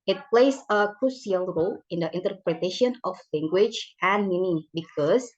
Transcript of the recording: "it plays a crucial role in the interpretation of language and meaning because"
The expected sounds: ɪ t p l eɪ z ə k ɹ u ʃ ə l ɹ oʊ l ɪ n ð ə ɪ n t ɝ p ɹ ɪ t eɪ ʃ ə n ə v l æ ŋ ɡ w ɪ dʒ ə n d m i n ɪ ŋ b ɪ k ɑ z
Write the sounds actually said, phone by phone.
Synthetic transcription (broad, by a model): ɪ t p l eɪ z ə k ɹ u s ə l ɹ oʊ l ɪ n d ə ɪ n t ɝ p ɹ ɪ t eɪ ʃ ə n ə f l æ ŋ ɡ w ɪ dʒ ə n m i n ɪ b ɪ k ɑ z